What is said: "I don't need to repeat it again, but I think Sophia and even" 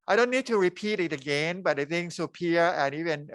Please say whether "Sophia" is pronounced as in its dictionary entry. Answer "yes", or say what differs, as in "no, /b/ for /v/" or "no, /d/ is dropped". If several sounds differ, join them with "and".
no, /p/ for /f/